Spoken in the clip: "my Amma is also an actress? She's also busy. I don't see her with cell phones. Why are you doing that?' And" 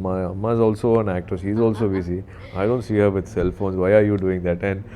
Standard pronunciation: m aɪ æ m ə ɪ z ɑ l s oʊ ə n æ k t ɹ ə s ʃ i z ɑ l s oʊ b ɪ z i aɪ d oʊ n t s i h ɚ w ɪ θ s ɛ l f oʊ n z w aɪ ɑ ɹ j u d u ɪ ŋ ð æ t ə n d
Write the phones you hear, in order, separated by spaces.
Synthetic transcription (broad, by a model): m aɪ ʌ m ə ɪ z ɑ l s oʊ ə n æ k t ə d ʃ i z ɑ l s oʊ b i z i aɪ d oʊ n t s i h ɚ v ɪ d s ɛ l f oʊ n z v aɪ ɑ ɹ j u d u ɪ ŋ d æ t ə n d